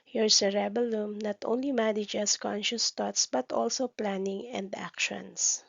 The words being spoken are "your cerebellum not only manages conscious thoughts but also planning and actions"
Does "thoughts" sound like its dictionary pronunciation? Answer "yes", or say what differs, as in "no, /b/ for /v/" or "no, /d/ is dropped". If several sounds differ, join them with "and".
no, /t/ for /θ/